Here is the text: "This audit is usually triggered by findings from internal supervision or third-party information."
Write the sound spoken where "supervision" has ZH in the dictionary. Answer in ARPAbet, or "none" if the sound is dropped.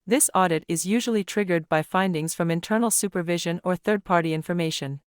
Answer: ZH